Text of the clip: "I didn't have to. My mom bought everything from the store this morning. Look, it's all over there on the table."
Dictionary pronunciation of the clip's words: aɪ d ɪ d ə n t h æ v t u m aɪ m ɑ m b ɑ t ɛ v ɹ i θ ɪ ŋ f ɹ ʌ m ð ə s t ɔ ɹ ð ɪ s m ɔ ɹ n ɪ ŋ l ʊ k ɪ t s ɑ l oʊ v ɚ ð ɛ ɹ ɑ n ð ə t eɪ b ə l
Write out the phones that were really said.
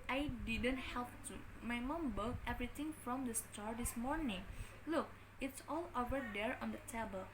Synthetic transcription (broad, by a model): aɪ d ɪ d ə n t h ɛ p t u m aɪ m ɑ m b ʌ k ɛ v ɹ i t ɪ ŋ f ɹ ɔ m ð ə s t ɔ ɹ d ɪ s m ɔ ɹ n ɪ ŋ l ʊ k ɪ t s ɑ l oʊ v ɚ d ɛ ɹ ɑ n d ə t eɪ b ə l